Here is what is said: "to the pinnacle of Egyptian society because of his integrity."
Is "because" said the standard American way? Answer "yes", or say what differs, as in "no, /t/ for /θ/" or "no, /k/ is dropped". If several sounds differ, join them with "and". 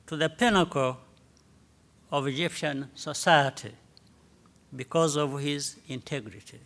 yes